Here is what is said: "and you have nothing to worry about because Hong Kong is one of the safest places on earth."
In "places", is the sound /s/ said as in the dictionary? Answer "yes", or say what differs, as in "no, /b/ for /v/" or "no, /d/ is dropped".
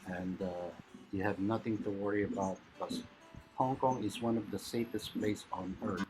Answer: no, /s/ is dropped